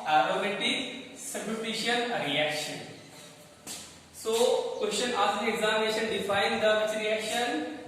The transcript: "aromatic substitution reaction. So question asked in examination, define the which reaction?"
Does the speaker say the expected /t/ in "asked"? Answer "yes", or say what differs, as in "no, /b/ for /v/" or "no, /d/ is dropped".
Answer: no, /t/ is dropped